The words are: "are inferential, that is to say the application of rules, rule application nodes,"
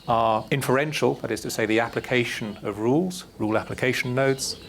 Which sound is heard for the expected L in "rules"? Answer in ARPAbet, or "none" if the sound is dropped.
L